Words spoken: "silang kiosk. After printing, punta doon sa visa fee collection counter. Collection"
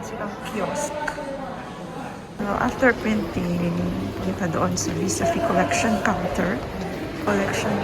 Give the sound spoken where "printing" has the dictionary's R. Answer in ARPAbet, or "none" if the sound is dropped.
none